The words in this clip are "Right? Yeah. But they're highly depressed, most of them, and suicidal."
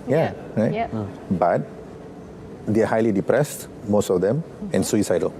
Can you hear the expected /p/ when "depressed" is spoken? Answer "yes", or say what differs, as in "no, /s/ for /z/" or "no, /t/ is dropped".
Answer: yes